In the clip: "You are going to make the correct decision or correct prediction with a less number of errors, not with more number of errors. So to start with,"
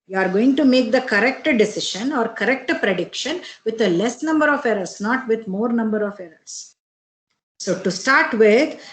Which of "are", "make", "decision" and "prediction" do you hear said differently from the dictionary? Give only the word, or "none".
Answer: decision